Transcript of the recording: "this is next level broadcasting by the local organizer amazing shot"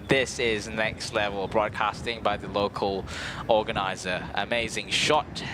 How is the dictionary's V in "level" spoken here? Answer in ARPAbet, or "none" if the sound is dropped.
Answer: V